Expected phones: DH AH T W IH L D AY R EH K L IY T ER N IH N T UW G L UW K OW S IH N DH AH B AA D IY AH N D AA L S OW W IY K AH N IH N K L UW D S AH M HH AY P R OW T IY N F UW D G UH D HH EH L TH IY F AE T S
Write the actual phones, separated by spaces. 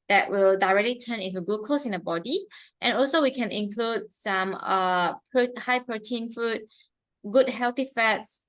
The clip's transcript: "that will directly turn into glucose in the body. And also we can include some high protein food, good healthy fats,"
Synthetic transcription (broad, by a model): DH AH T W IH L D AY R EH K L IY T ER N IH N T UW G UW K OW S IH N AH B AA D IY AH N AA L S OW W IY K AH N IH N K L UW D S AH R HH AY P R OW T IY N F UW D G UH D HH EH L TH IY F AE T S